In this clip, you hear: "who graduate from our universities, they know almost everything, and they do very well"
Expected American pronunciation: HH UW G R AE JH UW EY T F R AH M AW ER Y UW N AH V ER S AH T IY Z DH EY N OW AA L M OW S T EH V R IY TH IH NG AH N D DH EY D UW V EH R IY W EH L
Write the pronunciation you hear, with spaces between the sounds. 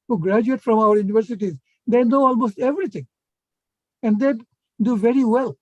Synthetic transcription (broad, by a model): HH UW G R AE JH UW EY T F R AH M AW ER Y UW N AH V ER S AH T IY Z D EY N OW AA L M OW S T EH V R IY T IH NG AH N D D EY D UW V EH R IY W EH L